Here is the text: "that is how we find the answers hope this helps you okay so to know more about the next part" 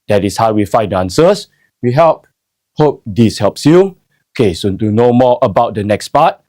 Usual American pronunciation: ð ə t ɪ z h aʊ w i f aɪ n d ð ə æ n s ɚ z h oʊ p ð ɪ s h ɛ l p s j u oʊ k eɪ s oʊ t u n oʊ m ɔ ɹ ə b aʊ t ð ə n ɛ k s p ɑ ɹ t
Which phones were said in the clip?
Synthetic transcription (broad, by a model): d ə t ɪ s h aʊ w i f aɪ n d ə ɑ n s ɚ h h oʊ p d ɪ s h ɛ l p s j u oʊ k eɪ s oʊ t u n oʊ m ɔ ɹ ə b aʊ t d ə n ɛ k s p ɑ t